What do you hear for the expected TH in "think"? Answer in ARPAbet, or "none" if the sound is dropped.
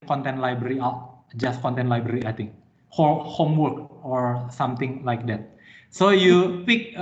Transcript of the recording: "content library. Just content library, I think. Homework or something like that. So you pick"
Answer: T